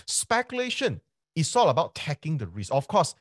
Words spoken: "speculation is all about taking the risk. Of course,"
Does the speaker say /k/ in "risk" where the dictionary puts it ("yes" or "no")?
no